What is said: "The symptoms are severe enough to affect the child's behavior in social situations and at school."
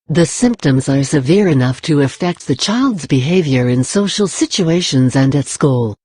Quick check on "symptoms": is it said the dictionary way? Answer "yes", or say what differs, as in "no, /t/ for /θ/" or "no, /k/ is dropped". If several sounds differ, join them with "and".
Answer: yes